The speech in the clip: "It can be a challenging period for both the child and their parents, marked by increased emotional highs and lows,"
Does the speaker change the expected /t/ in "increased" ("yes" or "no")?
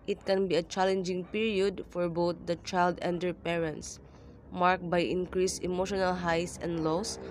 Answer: yes